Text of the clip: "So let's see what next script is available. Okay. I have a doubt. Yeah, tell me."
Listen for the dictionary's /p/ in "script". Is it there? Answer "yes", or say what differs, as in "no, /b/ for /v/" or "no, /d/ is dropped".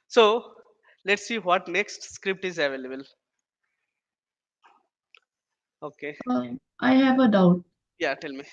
yes